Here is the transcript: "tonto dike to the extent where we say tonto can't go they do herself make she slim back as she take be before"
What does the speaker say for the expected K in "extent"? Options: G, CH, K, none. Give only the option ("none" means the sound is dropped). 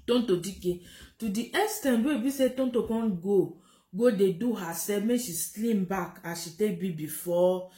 none